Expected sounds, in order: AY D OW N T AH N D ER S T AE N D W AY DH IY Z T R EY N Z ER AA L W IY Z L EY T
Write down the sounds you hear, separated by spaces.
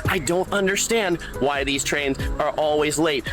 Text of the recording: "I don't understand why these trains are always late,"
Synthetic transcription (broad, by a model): AY D OW N T AH N D ER S T AE N D W AY DH IY Z T R EY N Z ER AA L W IY Z L EY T